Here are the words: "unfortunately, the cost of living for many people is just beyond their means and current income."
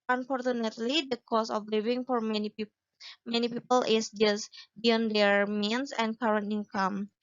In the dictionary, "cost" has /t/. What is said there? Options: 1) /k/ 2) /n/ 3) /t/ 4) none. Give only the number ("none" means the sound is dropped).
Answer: 4